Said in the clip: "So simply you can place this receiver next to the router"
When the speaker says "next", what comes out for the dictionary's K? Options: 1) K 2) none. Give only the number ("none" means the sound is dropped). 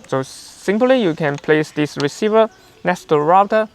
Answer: 2